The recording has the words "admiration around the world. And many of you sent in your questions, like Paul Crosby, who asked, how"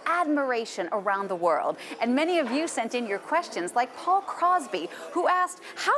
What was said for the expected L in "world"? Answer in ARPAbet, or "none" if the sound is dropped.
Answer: L